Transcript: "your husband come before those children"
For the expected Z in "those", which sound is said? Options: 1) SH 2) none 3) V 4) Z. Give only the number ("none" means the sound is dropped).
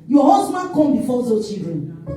2